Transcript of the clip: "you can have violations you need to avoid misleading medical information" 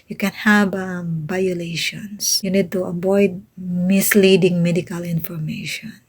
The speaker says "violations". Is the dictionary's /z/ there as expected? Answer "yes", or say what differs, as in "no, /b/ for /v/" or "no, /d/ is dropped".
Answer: no, /s/ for /z/